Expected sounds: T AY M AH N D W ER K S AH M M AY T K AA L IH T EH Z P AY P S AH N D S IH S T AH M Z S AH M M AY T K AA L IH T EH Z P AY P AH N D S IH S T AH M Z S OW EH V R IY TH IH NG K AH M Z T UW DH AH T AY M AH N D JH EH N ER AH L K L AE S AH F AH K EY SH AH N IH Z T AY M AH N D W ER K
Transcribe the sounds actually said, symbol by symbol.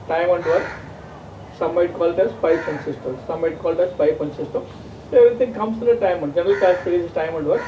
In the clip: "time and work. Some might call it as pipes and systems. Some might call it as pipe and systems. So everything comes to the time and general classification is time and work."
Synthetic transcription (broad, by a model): T AY M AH N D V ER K S AH M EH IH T K AA L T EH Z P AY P AH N S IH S T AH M S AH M M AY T K AA L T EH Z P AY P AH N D S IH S T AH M S OW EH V R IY T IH NG K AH M S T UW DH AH T AY M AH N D JH EH N ER AH L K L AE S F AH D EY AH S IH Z T AY M AH N D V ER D